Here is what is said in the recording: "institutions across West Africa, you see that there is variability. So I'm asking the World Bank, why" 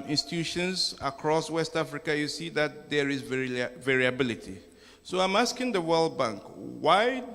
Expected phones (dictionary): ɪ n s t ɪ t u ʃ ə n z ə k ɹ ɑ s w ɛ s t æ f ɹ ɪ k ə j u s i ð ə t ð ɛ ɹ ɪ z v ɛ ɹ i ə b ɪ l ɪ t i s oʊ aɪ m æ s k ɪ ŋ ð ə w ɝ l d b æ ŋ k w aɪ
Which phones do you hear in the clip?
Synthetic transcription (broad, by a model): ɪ n s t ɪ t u ʃ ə n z ə k ɹ ɑ s w ɛ s t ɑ f ɹ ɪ k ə j u s i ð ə t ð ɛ ɹ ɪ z v ɛ ɹ i ə b ɪ l ɪ t i s oʊ aɪ m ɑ s k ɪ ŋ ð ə w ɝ l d b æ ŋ k w aɪ